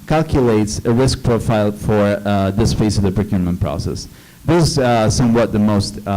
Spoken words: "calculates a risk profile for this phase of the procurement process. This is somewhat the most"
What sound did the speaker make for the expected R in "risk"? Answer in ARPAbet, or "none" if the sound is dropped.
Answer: R